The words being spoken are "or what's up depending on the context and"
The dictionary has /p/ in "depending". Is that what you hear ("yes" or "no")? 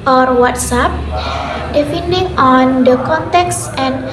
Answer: no